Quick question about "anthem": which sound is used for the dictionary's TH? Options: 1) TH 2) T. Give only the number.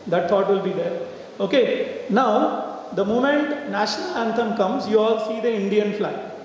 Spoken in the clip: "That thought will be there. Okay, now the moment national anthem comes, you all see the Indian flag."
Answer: 2